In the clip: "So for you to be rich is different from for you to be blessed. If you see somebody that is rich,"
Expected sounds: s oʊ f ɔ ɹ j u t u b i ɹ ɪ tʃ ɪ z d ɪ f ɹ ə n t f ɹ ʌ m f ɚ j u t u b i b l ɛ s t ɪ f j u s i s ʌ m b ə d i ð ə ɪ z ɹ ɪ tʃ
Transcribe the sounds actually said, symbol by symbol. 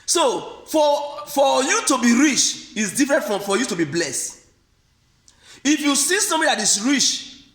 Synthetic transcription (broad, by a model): s oʊ f ɔ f j u t u b i ɹ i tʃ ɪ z d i f ɹ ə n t f ɹ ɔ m f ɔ j u t u b i b l ɛ s t ɪ f j u s i s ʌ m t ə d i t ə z ɹ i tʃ